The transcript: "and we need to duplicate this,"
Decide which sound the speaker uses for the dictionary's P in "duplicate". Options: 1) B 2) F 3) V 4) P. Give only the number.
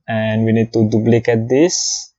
1